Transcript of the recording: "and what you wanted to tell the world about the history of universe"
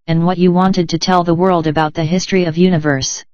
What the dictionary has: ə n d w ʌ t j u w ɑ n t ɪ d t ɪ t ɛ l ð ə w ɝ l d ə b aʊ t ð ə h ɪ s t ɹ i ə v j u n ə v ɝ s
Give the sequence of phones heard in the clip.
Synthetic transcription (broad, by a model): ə n w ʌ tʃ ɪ w ɑ n t ɪ d t ɪ t ɛ l ð ə w ɝ l d ə b aʊ t ð ə h ɪ s t ɹ i ə v j u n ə v ɝ s